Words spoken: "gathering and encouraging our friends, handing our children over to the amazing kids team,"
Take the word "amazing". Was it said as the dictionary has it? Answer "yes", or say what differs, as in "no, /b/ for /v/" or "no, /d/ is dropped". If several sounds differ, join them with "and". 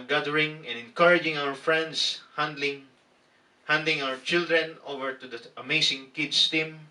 no, /s/ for /z/